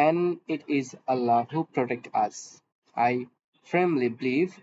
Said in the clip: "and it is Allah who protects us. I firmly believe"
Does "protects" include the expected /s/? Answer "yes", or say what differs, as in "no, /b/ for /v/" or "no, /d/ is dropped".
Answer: no, /s/ is dropped